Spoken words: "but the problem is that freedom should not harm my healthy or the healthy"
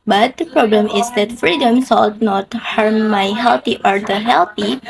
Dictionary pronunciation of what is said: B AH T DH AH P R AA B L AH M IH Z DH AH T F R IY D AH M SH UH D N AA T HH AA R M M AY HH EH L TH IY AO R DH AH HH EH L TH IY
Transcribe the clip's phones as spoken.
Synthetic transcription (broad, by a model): B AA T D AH P R AA B L AH M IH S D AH T F R IY D AH M S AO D N AA T HH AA R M M AY HH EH L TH IY AO R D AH HH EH L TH IY